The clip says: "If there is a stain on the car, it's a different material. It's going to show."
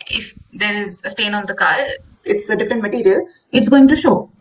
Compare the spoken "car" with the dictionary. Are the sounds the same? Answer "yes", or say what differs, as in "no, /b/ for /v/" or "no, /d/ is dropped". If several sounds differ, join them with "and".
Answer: yes